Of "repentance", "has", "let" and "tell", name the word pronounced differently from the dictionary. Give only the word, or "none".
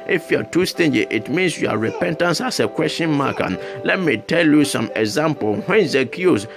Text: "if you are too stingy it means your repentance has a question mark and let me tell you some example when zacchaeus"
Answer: has